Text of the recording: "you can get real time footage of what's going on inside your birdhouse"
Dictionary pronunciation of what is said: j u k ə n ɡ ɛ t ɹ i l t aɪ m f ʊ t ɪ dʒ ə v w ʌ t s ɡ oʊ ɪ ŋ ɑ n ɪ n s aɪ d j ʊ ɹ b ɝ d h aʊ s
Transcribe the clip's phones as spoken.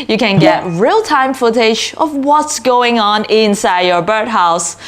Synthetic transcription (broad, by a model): j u k ə n ɡ ɛ t ɹ i l t aɪ m f ʊ t ɪ dʒ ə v w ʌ t s ɡ oʊ ɪ ŋ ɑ n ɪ n s aɪ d j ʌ ɹ b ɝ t h aʊ s